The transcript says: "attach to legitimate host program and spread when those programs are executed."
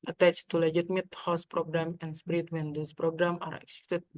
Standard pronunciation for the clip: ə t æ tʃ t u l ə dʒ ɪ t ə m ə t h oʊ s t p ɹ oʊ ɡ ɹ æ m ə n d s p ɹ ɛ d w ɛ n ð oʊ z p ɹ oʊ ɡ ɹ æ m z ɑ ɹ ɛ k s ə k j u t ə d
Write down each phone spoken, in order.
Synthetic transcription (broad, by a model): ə t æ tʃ t u l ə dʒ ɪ t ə m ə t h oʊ s p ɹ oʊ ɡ ɹ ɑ m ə n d s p ɹ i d w ɛ n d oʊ s p ɹ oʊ ɡ ɹ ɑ m ɑ ɹ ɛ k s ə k t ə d